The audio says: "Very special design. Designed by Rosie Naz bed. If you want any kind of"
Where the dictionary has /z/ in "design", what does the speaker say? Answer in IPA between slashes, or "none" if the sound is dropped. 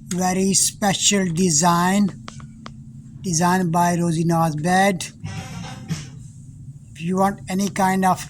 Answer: /z/